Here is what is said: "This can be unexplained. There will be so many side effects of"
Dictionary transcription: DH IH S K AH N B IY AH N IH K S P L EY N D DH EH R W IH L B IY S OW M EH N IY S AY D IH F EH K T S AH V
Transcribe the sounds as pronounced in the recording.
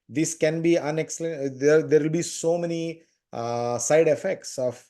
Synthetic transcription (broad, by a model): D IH S K AH N B IY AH N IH K S L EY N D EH R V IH L B IY S OW M EH N IY S AY D IH F EH K T S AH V